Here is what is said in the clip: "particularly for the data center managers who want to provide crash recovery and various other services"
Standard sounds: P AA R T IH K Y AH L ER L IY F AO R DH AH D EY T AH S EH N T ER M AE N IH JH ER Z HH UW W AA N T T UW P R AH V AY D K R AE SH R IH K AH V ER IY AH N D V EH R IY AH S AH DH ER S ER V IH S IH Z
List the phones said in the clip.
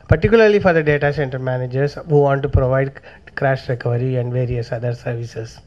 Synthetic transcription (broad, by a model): P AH R T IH K Y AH L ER L IY F AO R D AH D EY T AH S EH N T ER M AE N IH JH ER S HH UW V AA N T T UW P R AH V AY D K R AE SH R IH K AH V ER IY AH N D V EH R IY AH S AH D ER S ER V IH S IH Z